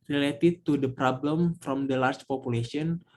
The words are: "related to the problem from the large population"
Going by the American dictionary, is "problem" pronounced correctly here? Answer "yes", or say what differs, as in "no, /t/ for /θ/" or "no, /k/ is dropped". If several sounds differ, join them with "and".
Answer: yes